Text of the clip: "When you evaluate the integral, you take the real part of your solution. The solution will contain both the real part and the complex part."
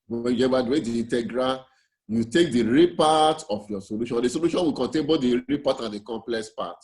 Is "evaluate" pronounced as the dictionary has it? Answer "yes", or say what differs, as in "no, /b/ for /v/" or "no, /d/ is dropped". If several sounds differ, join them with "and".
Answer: no, /w/ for /v/